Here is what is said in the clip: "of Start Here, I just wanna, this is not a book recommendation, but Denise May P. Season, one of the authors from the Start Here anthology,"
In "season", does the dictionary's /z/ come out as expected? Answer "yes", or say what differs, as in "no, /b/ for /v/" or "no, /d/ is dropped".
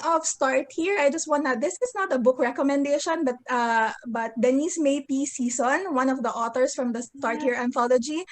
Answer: no, /s/ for /z/